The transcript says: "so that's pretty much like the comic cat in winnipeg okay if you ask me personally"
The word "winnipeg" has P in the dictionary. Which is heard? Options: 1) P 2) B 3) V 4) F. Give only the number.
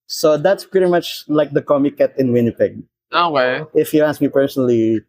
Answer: 1